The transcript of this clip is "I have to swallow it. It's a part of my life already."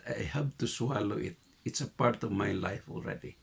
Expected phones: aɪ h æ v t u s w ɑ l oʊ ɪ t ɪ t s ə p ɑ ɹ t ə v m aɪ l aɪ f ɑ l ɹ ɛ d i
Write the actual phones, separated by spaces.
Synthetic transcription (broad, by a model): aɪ h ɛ p t u s w ɑ l oʊ ɪ t ɪ t s ə p ɑ ɹ t ə v m aɪ l aɪ f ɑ l ɹ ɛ d i